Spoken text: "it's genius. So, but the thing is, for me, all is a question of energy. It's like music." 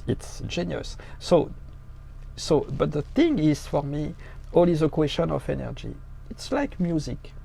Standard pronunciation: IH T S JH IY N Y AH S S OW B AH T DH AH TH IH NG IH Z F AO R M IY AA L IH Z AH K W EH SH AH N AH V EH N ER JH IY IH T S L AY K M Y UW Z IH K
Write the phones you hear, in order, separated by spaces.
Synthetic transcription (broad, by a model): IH T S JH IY N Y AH S S OW B AH T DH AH TH IH NG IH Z F AO R M IY AA L IH Z AH K W EH SH AH N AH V EH N ER JH IY IH T S L AY K M Y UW Z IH K